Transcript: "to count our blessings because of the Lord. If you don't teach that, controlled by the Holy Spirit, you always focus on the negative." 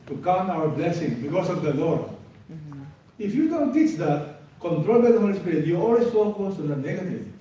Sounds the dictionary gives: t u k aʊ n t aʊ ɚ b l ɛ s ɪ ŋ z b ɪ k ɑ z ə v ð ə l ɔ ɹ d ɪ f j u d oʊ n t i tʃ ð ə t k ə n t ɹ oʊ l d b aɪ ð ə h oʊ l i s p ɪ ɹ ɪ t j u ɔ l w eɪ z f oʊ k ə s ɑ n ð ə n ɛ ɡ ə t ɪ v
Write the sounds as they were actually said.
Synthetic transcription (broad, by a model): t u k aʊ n aʊ ɚ b l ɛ s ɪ ŋ b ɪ k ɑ s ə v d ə l ɔ ɹ d ɪ f j u d oʊ n t i tʃ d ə t k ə n t ɹ oʊ l b aɪ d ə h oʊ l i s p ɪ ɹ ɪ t j u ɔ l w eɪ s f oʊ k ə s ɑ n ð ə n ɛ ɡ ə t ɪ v